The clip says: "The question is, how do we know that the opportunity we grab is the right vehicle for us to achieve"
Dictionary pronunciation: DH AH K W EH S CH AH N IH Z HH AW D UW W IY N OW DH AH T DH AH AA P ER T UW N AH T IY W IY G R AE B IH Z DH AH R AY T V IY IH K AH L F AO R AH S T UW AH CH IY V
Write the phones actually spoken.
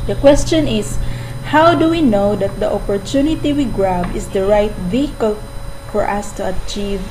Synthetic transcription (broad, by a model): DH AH K W EH S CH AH N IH S HH AW D UW W IY N OW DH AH T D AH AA P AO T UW N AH T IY W IY G R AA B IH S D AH R AY T V IY IH K AH L F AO R AH S T UW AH CH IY V